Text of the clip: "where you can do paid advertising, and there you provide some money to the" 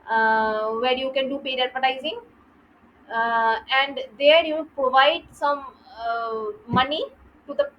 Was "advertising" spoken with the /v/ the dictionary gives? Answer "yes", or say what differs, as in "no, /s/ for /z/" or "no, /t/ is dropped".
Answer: no, /p/ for /v/